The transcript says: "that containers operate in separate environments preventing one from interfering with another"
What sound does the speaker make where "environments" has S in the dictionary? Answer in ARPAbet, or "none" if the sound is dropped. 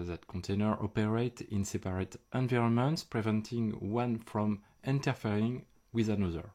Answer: S